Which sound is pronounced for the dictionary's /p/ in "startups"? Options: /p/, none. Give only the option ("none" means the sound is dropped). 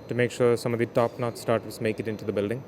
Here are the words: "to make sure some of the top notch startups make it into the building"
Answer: none